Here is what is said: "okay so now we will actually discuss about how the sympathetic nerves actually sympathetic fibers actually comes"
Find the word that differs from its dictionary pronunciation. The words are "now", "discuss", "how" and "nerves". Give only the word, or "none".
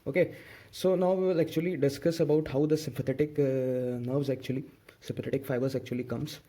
none